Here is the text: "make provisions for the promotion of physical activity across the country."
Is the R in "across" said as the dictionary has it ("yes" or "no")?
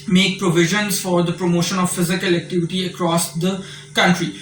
yes